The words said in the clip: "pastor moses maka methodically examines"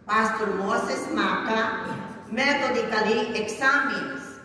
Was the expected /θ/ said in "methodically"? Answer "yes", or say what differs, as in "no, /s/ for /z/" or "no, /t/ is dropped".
no, /t/ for /θ/